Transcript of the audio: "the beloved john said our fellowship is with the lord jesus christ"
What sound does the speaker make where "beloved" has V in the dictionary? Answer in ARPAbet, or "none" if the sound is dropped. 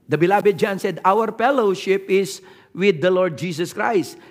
B